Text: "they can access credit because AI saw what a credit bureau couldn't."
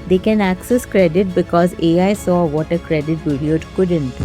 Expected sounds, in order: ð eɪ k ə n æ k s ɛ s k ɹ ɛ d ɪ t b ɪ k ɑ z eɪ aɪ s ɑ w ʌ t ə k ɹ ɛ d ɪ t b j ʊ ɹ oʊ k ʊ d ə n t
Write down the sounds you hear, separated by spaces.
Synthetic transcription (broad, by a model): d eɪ k ə n æ k s ɛ s k ɹ ɛ d ɪ t b ɪ k ɑ z eɪ aɪ s ɑ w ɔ t ə k ɹ ɛ d ɪ t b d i oʊ k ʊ d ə n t